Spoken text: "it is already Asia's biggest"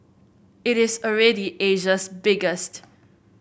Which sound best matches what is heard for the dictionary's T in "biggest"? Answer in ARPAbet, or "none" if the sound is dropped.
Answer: T